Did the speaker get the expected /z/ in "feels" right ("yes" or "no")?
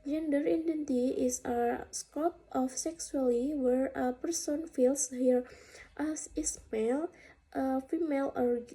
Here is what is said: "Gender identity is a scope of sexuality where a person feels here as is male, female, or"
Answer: no